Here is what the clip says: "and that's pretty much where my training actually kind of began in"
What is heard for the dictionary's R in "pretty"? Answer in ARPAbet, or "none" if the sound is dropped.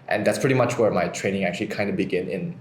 R